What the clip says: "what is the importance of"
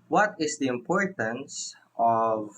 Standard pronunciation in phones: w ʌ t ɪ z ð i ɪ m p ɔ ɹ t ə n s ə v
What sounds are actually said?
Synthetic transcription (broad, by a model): w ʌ t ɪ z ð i ɪ m p ɔ ɹ t ə n s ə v